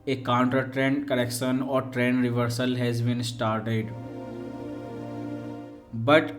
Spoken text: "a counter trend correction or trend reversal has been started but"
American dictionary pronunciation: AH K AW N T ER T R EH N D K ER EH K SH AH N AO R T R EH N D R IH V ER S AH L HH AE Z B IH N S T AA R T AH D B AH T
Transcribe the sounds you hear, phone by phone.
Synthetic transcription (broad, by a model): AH K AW N T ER T R EH N D K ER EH K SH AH N AO R T R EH N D R IH V ER S AH L HH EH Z B IH N S T AA R T AH D B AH T